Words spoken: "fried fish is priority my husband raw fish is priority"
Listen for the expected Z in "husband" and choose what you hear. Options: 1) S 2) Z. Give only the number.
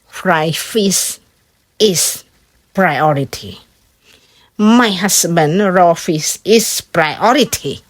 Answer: 1